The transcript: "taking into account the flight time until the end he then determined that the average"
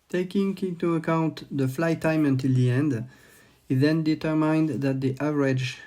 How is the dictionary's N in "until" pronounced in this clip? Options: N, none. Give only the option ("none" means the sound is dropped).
N